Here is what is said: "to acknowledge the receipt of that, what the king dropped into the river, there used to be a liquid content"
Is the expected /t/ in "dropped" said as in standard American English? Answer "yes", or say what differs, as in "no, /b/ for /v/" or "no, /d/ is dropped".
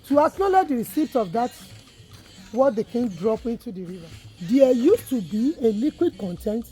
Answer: no, /t/ is dropped